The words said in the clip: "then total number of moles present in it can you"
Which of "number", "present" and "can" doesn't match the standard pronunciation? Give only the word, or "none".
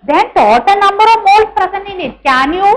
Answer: present